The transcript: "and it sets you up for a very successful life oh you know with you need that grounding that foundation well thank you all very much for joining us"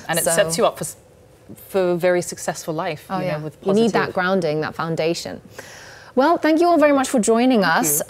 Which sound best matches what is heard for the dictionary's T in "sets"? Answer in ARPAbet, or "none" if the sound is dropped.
S